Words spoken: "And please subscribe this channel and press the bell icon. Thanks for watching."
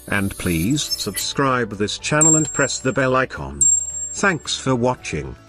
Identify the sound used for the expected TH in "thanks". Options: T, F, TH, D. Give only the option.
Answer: TH